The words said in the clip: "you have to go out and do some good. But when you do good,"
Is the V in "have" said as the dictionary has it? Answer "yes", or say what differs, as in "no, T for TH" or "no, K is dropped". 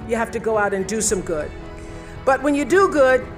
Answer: no, F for V